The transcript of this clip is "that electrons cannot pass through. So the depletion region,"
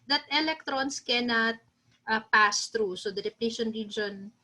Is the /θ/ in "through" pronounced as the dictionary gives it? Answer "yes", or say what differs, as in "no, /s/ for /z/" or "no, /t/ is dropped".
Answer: no, /t/ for /θ/